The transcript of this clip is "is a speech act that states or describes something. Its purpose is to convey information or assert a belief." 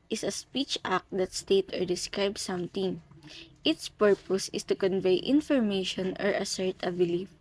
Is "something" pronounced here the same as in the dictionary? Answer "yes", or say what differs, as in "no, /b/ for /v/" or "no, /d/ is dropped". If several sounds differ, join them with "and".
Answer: no, /t/ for /θ/